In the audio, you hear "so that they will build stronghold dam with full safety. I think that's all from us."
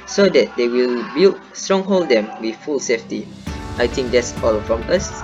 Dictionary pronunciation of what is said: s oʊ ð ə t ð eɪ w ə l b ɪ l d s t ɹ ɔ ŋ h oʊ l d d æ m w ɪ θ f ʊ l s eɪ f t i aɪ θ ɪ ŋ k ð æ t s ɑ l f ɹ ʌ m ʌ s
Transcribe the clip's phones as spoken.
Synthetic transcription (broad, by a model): s oʊ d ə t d eɪ w ə l b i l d s t ɹ ɔ ŋ h oʊ l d d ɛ m w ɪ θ f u l s eɪ f t i aɪ t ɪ ŋ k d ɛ t s ɑ l f ɹ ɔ m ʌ s